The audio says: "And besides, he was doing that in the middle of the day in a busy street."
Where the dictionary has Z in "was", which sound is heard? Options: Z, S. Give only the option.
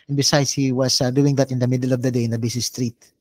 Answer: S